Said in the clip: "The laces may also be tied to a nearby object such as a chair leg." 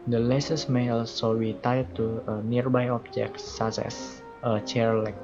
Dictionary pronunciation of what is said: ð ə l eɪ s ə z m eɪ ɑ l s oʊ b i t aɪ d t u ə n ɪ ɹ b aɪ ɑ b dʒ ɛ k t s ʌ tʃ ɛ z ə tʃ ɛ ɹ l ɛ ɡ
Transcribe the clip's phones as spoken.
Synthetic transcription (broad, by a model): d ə l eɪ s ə s m eɪ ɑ l s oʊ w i t aɪ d t u ə n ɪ ɹ b aɪ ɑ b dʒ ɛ k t s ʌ s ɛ s ə tʃ ɛ ɹ l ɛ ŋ